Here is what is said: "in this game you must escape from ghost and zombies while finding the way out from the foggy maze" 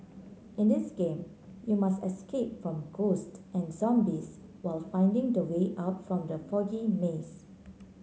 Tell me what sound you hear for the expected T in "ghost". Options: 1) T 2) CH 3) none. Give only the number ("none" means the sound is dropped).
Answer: 1